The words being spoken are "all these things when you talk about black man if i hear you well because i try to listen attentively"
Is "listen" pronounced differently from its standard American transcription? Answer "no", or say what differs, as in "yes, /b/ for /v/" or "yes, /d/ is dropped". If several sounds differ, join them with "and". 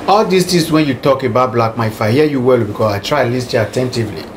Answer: yes, /n/ is dropped